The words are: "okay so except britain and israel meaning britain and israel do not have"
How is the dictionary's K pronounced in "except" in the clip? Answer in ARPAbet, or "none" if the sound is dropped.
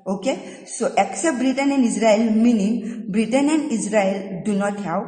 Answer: K